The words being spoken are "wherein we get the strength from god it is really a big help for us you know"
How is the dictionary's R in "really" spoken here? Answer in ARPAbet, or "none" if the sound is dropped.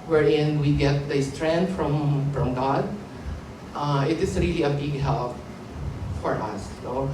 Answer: R